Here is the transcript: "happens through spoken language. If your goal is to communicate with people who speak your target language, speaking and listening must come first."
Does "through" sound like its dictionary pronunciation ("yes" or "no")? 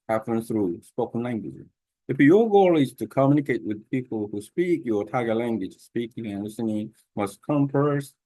yes